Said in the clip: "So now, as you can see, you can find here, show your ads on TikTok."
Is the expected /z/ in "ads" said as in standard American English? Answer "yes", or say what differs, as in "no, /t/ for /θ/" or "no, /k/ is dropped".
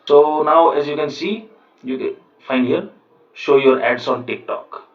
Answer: no, /s/ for /z/